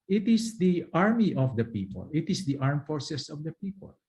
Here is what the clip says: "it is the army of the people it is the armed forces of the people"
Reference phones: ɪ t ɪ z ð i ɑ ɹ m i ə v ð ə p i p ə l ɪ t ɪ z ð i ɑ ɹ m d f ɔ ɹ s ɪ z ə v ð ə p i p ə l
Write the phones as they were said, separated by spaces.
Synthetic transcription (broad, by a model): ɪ t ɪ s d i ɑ ɹ m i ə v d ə p i p ə l ɪ t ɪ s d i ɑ ɹ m f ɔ ɹ s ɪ s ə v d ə p i p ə l